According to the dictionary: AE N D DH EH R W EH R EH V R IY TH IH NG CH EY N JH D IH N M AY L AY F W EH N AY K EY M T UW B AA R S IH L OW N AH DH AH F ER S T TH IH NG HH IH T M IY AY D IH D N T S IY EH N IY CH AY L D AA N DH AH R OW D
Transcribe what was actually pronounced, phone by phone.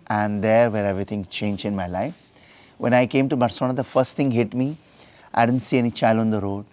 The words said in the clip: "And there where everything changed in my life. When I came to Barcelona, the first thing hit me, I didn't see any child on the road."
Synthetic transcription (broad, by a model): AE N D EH R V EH R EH V R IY T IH NG CH EY N JH IH N M AY L AY F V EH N AY K EY M T UW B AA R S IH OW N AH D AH F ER S T T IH NG HH IH T M IY AY D IH D N T S IY EH N IY CH AY L AA N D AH R OW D